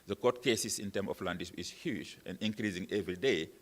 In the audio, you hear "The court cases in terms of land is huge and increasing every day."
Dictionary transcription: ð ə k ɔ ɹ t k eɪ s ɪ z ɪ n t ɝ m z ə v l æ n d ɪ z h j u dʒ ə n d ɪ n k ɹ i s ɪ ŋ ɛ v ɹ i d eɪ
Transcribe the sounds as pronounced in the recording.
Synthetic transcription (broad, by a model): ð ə k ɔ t k eɪ s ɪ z ɪ n t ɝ m ə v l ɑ n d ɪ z h j u dʒ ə n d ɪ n k ɹ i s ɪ ŋ ɛ v ɹ i d eɪ